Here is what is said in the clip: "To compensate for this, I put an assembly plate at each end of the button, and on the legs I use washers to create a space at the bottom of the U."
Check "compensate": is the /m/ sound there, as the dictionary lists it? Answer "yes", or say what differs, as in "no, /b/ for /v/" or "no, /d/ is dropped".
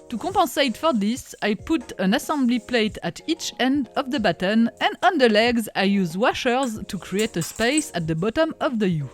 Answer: no, /m/ is dropped